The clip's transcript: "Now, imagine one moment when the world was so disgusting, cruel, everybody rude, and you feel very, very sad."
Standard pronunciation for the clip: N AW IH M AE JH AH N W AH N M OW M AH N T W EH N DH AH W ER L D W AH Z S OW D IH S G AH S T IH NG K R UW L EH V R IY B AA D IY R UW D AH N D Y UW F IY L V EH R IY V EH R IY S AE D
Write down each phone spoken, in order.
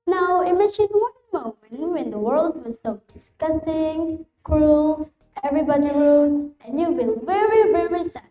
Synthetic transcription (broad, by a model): N AW IH M AE JH AH N W AH N M OW M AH N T W EH N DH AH W ER L D W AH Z S OW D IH S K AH S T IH NG K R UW L EH V R IY B AA D IY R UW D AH N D Y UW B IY N V EH R IY V EH R IY S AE